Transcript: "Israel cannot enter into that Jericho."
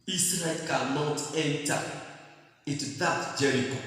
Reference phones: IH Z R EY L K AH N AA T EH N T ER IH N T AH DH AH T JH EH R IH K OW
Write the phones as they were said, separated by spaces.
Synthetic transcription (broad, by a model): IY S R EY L K AH N AA T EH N T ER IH T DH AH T JH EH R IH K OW